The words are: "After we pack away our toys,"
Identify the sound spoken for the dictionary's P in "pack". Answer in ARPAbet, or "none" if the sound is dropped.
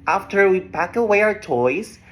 B